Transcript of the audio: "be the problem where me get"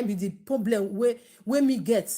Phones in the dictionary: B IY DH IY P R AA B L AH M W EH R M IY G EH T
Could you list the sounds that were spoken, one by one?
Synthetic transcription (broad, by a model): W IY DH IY P R AA B L AH M W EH W M IY G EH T